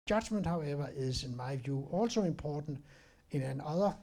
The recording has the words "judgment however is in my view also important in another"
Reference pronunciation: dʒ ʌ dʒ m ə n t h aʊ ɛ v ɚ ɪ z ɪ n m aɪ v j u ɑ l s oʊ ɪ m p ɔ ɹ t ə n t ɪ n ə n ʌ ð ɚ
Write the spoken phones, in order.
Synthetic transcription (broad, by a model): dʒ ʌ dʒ m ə n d h aʊ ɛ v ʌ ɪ s ɪ n m aɪ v j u ɑ l s oʊ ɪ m p ɔ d n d ɪ n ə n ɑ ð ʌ